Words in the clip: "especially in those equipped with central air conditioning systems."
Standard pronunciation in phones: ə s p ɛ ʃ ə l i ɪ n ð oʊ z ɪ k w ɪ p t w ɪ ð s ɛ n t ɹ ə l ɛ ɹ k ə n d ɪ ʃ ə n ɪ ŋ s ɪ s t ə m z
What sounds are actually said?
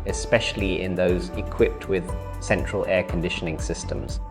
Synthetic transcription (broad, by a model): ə s p ɛ ʃ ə l i ɪ n ð oʊ z ɪ k w ɪ p t w ɪ ð s ɛ n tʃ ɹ ə l ɛ k ə n d ɪ ʃ ə n ɪ ŋ s ɪ s t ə m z